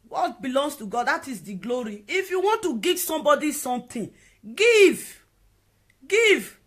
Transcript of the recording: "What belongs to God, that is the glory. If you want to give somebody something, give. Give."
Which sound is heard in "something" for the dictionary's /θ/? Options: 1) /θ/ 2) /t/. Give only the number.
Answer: 2